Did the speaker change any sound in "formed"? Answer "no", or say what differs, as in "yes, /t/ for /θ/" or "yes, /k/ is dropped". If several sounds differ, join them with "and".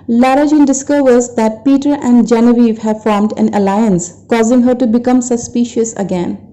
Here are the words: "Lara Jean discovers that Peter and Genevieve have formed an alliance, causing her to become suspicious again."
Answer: no